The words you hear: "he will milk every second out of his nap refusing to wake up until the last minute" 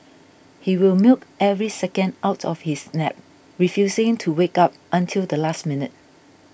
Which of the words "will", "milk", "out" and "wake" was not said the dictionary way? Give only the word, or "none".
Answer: none